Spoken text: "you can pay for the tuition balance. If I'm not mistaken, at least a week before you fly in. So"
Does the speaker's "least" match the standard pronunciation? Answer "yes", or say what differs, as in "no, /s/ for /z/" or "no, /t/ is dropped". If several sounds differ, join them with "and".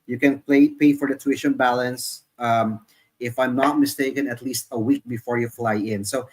yes